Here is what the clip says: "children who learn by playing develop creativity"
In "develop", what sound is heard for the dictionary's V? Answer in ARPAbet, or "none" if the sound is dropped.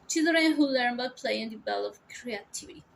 B